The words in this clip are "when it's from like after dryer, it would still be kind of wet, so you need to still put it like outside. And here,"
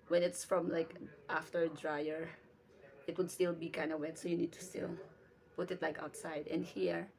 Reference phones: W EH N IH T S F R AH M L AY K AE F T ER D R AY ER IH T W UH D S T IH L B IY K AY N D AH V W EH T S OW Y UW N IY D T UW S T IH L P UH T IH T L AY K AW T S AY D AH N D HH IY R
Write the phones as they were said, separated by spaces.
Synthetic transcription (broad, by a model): W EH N IH T S F R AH M L AY K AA F T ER D R AY ER IH T W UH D S T IH L B IY K AY N D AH W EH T S OW Y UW N IY D T UW S T IH L P UH T IH T L AY K AW T S AY D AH N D HH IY R